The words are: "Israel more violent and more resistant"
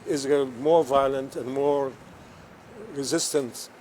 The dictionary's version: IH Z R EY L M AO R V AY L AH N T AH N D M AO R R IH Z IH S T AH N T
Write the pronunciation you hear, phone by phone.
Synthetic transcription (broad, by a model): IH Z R M AO R V AY L AH N T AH N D M AO R R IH Z IH S T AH N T